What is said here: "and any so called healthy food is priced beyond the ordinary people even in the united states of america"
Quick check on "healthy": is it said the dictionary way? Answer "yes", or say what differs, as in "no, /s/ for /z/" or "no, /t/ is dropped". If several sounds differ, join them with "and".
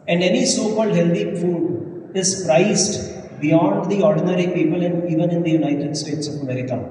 no, /t/ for /θ/